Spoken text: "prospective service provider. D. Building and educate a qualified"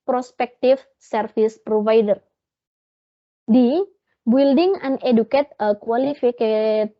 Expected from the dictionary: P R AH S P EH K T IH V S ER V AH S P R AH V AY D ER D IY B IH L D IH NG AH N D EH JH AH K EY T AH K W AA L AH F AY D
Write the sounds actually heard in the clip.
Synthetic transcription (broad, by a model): P R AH S P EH K T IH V S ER F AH S P R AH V AY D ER D IY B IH L D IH NG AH N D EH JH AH K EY T AH K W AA L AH F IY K